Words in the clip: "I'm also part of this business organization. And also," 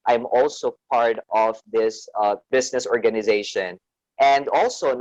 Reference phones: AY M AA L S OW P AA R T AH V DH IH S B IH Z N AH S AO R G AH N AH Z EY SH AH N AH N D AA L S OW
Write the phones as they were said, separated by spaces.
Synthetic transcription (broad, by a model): AY M AA L S OW P AA R T AH V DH IH S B IH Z N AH S AO R G AH N AH Z EY SH AH N AH N D AA L S OW